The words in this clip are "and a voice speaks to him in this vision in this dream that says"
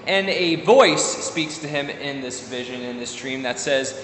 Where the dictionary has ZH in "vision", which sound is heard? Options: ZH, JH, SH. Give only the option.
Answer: ZH